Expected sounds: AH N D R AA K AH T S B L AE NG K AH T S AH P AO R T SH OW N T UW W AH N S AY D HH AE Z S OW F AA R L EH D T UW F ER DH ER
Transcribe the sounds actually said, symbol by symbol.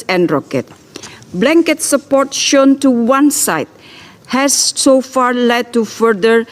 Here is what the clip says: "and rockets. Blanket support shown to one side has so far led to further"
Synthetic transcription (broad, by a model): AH N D R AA K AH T B L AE NG K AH T S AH P AO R T SH OW N T UW W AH N S AY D HH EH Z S OW F AA R L EH D T UW F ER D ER